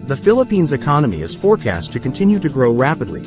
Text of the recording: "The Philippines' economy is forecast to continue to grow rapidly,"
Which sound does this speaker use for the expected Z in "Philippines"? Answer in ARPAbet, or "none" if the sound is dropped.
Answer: Z